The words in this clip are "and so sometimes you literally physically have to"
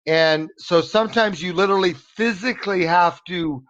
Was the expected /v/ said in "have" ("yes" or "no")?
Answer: no